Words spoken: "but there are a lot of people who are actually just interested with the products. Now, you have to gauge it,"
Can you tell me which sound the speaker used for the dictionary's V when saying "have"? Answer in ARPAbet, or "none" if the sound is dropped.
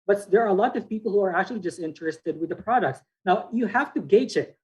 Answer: F